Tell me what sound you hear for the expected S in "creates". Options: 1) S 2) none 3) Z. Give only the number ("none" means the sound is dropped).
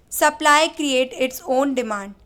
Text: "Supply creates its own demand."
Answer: 2